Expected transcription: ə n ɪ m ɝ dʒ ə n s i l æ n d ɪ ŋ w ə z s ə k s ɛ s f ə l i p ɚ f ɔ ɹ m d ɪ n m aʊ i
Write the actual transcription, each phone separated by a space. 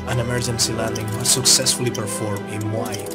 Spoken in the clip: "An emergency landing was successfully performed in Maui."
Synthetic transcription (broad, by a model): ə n ɪ m ɝ dʒ ə n s i l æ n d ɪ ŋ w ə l s ə k s ɛ s f ə l i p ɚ f ɔ ɹ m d ɪ n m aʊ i